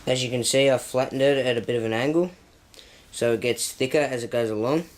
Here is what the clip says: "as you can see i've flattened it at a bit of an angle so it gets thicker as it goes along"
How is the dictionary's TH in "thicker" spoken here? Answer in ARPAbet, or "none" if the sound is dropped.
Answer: TH